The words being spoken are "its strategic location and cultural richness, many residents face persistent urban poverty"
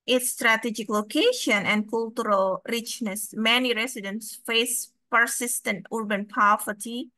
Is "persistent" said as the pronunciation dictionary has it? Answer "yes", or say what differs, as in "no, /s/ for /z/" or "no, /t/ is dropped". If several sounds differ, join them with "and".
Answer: yes